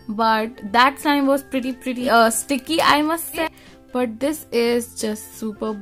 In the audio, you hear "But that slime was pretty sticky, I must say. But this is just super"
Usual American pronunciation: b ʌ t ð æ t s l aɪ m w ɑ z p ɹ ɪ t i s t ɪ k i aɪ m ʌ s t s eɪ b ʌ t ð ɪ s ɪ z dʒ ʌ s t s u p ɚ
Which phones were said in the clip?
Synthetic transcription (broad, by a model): b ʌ t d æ t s aɪ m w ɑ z p ɹ ɪ t i s t ɪ k i aɪ m ʌ s t s eɪ b ʌ t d ɪ s ɪ z dʒ ʌ s t s u p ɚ